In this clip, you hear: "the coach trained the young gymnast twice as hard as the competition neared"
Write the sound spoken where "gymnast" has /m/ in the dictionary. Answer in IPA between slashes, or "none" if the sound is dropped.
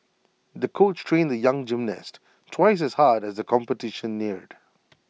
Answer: /m/